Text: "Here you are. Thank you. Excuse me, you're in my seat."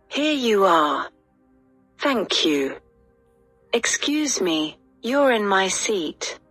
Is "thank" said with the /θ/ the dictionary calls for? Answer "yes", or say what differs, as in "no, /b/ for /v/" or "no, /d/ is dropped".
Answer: yes